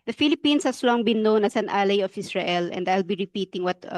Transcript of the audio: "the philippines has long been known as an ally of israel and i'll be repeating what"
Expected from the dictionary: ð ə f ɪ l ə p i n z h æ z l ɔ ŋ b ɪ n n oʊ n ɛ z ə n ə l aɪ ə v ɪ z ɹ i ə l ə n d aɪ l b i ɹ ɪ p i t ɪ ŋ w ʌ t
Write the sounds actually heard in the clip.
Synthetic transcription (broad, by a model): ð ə f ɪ l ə p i n s h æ s l ɔ ŋ b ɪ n n oʊ n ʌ s ə n ə l aɪ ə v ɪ s ɹ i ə l ə n d aɪ l b i ɹ ɪ p i t ɪ ŋ w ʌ t